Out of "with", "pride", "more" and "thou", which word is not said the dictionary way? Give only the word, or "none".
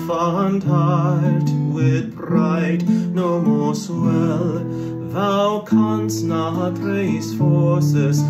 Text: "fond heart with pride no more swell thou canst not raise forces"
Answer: pride